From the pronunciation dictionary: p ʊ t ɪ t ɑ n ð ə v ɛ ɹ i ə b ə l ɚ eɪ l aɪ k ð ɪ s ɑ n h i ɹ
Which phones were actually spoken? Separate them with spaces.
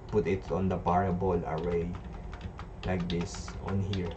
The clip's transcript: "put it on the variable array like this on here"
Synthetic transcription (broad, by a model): p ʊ t ɪ t ɑ n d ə p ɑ ɹ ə b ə l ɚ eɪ l aɪ k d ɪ s ɑ n h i ɹ